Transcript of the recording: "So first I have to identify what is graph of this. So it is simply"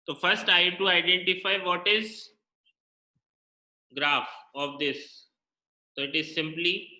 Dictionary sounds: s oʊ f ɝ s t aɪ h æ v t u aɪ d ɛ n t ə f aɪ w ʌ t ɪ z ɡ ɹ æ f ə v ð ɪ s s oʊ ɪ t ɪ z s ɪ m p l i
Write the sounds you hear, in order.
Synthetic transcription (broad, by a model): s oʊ f ɝ s t aɪ t u aɪ d ɛ n t ə f aɪ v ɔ t ɪ z ɡ ɹ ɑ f ə v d ɪ s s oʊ ɪ t ɪ z s ɪ m p l i